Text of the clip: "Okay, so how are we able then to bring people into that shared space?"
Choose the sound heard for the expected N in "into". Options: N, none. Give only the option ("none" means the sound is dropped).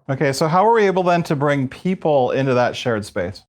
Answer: N